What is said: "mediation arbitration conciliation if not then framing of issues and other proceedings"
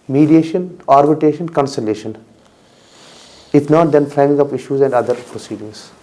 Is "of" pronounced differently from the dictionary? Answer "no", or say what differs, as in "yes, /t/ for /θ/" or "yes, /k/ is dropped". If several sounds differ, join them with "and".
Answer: yes, /p/ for /v/